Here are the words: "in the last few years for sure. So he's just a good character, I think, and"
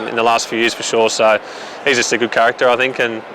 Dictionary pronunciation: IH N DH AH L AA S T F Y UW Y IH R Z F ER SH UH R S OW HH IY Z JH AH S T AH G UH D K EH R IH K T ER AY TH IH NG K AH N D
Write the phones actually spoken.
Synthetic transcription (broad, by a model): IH N DH AH L AA S T F Y UW Y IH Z F ER SH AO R S OW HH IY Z JH AH S T AH G UH D K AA R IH K T ER AY TH IH NG K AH N